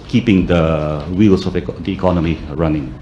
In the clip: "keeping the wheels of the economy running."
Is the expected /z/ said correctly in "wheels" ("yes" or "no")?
no